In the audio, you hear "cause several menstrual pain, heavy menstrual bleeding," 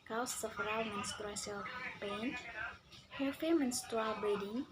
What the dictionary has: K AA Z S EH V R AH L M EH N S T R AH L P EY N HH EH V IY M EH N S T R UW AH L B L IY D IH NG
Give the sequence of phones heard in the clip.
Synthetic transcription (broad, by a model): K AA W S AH F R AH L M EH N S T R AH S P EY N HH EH F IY M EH N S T UW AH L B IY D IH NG